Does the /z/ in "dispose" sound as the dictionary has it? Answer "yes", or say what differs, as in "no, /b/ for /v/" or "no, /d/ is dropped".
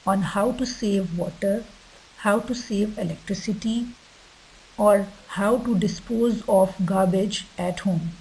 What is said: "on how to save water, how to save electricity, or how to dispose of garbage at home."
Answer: yes